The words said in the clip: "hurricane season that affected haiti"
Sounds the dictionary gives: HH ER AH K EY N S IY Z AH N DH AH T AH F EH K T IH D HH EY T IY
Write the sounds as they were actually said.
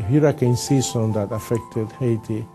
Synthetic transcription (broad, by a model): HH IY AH K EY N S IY S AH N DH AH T AH F EH K T IH D HH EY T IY